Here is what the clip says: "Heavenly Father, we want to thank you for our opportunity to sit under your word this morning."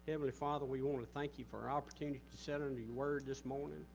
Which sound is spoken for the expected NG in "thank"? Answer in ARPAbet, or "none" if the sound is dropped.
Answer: NG